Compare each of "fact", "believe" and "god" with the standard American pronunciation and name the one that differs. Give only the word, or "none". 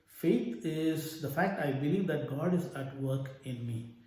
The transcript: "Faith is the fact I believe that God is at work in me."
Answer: none